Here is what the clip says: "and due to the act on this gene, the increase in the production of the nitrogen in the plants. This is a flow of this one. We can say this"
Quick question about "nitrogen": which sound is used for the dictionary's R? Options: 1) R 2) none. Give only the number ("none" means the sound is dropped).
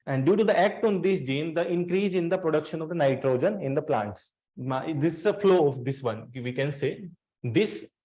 1